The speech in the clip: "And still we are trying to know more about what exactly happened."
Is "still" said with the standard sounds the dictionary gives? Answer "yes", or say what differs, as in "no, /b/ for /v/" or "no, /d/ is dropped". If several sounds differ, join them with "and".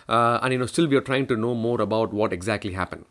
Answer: yes